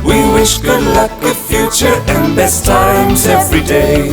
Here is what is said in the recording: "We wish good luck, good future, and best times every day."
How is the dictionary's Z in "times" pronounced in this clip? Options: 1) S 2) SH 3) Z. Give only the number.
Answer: 3